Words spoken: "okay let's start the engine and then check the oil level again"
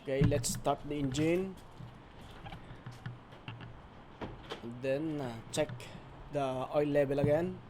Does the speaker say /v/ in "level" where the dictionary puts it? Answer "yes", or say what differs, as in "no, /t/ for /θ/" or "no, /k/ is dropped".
no, /b/ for /v/